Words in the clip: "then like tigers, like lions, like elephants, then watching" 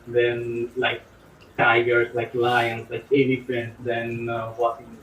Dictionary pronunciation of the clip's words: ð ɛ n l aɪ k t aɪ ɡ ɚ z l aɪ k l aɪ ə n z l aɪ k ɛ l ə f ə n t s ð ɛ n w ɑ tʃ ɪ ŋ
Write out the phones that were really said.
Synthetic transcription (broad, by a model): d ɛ n l aɪ k t aɪ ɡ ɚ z l aɪ k l aɪ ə n s l aɪ k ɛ n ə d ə n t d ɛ n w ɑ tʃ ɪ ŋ